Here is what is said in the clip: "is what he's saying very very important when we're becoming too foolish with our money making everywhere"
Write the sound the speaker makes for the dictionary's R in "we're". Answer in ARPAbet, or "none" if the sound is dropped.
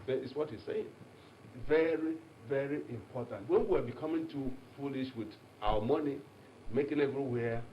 W